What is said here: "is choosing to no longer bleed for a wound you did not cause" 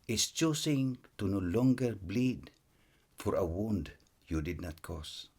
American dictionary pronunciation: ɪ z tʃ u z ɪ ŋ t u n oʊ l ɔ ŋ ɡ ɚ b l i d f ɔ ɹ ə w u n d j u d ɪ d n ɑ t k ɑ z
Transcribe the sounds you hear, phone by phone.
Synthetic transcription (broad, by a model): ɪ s tʃ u s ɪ ŋ t u n oʊ l ɔ ŋ ɡ ɚ b l i d f ɔ ɹ ə w u n d j u d ɪ d n ɑ t k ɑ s